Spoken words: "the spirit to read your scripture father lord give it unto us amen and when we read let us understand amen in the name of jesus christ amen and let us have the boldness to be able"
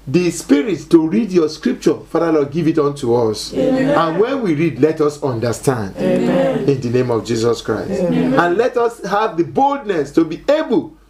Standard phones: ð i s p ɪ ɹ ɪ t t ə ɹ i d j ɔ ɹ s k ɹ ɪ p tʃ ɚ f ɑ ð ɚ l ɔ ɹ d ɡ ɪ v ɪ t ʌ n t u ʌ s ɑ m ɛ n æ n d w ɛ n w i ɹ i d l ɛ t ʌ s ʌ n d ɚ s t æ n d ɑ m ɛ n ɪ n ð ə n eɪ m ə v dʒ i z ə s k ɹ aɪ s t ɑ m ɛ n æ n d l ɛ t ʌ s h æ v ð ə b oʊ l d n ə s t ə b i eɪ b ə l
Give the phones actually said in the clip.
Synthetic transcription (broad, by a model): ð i s p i ɹ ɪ t t ə ɹ i d j ɔ s k ɹ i p tʃ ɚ f ɑ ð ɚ l ɔ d ɡ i v ɪ t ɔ n t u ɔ s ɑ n n w ɛ n w i ɹ i d l ɛ t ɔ s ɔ n d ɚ s t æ n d ɪ n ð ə n eɪ m ə v dʒ i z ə s k ɹ aɪ s t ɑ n n l ɛ t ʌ s h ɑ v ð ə b oʊ l d n ə s t ə b i eɪ b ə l